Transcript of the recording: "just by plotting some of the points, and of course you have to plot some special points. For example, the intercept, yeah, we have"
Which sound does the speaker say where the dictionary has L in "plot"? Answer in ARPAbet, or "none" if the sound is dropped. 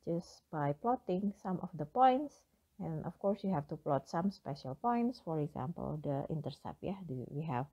L